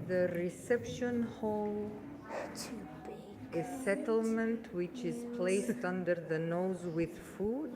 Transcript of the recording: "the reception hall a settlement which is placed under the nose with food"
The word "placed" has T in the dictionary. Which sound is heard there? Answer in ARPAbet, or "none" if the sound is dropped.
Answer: T